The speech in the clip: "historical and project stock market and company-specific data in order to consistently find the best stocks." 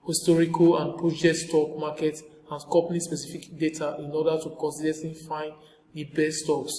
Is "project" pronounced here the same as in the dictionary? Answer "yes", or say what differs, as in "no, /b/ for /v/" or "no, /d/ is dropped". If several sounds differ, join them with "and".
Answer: no, /k/ is dropped